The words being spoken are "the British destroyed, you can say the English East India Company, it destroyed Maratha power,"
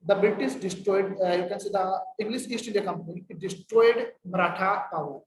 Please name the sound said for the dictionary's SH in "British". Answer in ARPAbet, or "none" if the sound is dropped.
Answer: S